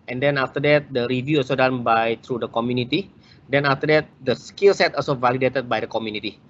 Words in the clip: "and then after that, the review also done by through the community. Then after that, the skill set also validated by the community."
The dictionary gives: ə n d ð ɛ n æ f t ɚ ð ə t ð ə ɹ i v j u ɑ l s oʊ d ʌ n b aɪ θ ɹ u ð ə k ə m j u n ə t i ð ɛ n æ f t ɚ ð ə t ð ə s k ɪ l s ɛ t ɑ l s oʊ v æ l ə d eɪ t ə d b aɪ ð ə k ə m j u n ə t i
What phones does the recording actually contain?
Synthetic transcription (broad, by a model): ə n d ɛ n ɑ f t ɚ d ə t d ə ɹ i v j u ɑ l s oʊ d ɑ n b aɪ t ɹ u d ə k ə m j u n ə t i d ɛ n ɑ f t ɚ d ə t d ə s k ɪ l s ɛ t ɑ l s oʊ v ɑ l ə d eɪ t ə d b aɪ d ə k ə m j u n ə t i